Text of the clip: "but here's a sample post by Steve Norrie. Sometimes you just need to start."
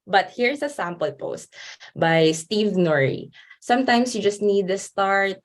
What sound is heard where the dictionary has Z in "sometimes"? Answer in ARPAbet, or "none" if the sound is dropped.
S